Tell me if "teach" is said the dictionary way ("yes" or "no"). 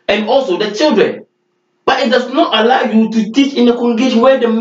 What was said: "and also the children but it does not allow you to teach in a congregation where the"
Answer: yes